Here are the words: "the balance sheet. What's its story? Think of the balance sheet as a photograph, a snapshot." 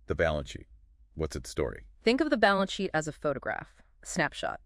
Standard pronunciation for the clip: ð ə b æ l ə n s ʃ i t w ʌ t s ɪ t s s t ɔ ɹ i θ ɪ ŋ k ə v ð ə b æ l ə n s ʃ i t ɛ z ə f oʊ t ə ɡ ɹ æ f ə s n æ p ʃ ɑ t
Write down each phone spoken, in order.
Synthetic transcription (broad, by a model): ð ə b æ l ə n ʃ i t w ʌ t s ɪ t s s t ɔ ɹ i θ ɪ ŋ k ə v ð ə b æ l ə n ʃ i t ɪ z ə f oʊ t ə ɡ ɹ æ f s n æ p ʃ ɑ t